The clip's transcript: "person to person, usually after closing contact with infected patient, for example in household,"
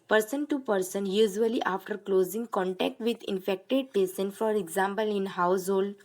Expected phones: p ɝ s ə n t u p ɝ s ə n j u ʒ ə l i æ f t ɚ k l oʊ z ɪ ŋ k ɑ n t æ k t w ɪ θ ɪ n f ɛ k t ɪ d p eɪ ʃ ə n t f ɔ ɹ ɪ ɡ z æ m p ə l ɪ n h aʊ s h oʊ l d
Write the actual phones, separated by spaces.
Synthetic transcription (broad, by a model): p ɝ s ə n t u p ɝ s ə n j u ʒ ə l i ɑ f t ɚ k l oʊ z ɪ ŋ k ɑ n t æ k t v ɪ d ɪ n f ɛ k t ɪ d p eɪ s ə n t f ɔ ɹ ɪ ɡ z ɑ m p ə l ɪ n h aʊ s h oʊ l d